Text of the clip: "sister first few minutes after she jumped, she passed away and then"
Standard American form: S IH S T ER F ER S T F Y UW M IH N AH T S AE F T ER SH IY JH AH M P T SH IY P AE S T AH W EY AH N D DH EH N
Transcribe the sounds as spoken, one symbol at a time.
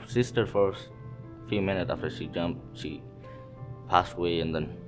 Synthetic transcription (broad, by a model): S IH S T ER F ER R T F Y UW M IH N AH T S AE F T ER SH IY JH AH M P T SH IY P AE S T AH W EY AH N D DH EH N